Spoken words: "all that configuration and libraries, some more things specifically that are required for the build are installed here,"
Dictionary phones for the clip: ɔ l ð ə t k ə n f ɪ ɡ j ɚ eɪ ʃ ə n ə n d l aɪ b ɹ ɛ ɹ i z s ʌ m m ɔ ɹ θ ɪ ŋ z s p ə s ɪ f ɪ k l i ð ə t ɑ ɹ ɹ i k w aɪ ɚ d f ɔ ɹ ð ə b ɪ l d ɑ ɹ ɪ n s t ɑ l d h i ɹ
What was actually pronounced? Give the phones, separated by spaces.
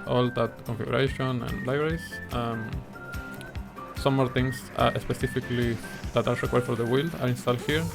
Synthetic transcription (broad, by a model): ɔ l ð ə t k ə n f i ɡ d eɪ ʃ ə n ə n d l aɪ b ɹ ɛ ɹ i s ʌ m m ɔ ɹ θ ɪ ŋ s s p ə s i f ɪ k l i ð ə t ɑ ɹ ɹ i k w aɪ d f ɔ ɹ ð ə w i l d ɑ ɹ ɪ n s t ɑ l d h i ɹ